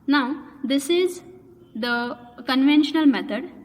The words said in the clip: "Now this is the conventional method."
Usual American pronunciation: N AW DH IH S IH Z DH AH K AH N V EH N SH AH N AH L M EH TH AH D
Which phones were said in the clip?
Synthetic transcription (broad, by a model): N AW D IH S IH Z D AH K AH N V EH N SH AH N AH L M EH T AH D